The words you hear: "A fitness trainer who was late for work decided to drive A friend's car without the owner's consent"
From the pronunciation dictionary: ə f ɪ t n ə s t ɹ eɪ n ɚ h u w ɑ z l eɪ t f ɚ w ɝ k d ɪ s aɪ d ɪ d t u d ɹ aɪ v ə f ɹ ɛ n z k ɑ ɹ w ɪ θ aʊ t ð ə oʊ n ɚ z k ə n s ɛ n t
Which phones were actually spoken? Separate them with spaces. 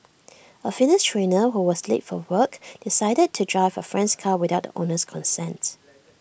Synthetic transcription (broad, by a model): ə f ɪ n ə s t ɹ eɪ n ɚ h u w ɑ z l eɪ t f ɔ w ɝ k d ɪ s aɪ d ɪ d t u d ɹ aɪ v ə f ɹ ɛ n s k ɑ w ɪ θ aʊ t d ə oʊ n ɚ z k ə n s ɛ n t